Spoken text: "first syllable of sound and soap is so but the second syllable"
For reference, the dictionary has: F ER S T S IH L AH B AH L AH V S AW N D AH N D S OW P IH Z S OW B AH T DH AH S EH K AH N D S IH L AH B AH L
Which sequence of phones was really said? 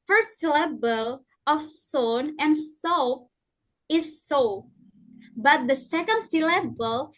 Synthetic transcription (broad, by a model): F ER S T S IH L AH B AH L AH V S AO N AH N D S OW IH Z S OW B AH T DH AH S EH K AH N D S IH L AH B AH L